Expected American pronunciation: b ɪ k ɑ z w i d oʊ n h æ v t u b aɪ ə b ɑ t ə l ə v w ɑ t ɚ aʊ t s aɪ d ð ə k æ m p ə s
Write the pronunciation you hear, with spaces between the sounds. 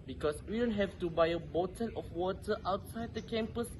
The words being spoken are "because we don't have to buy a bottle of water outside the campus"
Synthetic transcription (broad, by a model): b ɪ k ɑ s w i d oʊ n h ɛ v t u b aɪ ə b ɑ t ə n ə f w ɑ t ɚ aʊ t s aɪ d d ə k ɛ m p ə s